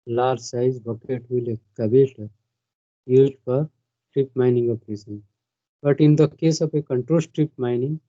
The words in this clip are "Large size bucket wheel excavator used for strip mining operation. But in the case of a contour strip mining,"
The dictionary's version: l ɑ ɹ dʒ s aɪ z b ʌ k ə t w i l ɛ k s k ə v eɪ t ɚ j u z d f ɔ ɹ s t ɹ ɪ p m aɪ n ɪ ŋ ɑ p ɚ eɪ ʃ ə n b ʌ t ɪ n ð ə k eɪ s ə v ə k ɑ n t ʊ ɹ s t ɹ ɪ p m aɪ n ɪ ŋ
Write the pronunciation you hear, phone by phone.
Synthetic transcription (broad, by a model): l ɑ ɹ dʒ s aɪ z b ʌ k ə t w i l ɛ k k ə b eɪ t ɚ j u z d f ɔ ɹ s t ɹ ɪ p m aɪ n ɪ ŋ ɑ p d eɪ s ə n b ʌ t ɪ n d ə k eɪ s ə p ə k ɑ n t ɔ l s t ɹ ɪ p m aɪ n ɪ ŋ